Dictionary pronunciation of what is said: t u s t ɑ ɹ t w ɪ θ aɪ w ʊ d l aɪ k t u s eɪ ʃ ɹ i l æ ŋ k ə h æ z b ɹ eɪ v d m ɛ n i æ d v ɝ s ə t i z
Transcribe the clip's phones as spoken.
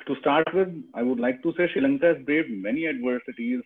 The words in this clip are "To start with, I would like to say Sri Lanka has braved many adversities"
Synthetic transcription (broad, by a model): t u s t ɑ ɹ t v ɪ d aɪ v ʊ d l aɪ k t u s eɪ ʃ i l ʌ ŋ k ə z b ɹ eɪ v m ɛ n i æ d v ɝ s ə t i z